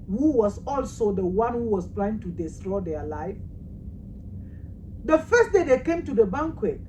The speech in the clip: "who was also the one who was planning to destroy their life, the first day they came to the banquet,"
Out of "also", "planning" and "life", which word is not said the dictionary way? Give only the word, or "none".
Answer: planning